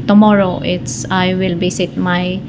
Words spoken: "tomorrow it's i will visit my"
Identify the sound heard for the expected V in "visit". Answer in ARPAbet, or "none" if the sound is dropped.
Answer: B